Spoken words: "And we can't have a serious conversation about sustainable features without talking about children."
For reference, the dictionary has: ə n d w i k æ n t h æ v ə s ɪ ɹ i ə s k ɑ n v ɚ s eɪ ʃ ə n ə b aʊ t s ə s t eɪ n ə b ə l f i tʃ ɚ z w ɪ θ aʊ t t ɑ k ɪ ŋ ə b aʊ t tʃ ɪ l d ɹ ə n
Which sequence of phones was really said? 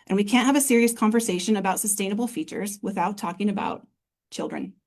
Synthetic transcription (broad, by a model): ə n w i k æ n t h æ v ə s ɪ ɹ i ə s k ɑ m v ɚ s eɪ ʃ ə n ə b aʊ t s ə s t eɪ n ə b l f i tʃ ɚ z w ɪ θ aʊ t t ɑ k ɪ ŋ ə b aʊ t tʃ ɪ l d ɹ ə n